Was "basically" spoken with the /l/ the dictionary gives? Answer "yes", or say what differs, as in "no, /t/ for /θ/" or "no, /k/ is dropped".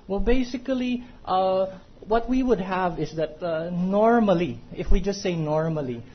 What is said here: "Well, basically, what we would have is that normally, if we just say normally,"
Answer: yes